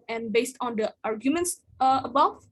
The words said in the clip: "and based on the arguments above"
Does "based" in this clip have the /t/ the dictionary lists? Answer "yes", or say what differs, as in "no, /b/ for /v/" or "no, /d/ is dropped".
yes